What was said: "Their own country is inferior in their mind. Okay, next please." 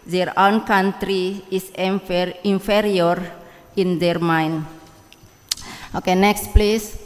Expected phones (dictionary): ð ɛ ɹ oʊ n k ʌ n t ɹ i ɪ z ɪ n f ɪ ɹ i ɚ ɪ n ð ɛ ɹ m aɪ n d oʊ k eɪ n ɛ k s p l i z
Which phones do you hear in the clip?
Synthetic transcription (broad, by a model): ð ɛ ɹ oʊ n k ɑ n t ɹ i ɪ s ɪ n f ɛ ɹ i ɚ ɪ n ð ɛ ɹ m aɪ n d oʊ k eɪ n ɛ k s p l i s